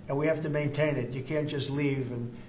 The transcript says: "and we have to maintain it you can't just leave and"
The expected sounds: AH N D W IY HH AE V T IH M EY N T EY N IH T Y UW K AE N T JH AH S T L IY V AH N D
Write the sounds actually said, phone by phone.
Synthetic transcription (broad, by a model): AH N W IY HH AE F T IH M EY N T EY N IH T Y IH K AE N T JH AH S T L IY V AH N